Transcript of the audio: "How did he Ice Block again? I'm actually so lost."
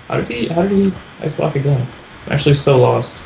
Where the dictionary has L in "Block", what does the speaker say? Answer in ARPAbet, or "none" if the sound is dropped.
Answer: none